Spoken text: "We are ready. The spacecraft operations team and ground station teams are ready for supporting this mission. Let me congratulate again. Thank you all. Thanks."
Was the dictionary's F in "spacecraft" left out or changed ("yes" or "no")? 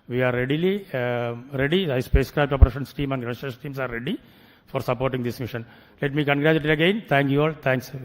yes